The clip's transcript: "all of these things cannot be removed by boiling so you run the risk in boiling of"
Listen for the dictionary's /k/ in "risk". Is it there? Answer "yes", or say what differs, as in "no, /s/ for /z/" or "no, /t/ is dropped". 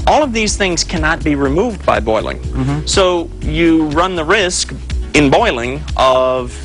yes